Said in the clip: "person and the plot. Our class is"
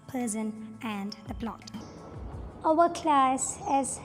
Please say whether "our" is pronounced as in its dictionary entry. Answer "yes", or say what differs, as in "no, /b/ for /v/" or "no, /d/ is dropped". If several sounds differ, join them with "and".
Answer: no, /w/ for /ɹ/